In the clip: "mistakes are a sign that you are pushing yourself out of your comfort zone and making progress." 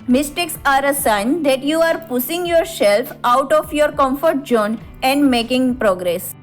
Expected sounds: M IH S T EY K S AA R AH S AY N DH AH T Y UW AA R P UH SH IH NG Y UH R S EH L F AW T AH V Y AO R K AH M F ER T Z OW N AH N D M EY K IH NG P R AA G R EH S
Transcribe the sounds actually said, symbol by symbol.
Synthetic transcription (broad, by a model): M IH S T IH K S AA R AH S AY N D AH T Y UW AA R P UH S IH NG Y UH R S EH L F AW T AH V Y AO R K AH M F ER T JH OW N AH N D M EY K IH NG P R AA G R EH S